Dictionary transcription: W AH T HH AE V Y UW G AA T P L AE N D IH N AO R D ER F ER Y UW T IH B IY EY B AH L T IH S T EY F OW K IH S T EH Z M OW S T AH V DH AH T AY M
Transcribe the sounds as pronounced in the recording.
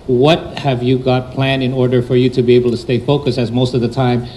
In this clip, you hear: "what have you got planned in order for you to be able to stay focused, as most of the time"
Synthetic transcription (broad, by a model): W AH T HH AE V Y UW G AA T P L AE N IH N AO R D ER F ER Y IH T IH B IY EY B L T IH S T EY F OW K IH S IH Z M OW S T AH V DH AH T AY M